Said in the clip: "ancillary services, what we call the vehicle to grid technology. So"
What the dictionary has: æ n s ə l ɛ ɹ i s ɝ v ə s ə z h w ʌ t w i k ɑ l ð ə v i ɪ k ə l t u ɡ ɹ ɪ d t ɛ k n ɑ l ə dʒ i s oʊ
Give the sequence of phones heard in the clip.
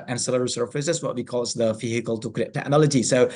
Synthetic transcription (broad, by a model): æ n s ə l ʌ ɹ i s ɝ f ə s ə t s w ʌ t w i k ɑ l ð ə f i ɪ k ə l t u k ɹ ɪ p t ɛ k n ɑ l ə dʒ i s oʊ